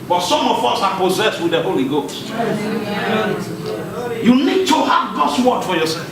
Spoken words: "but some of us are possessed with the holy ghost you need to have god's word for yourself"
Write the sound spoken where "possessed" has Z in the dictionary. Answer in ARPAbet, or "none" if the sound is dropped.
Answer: Z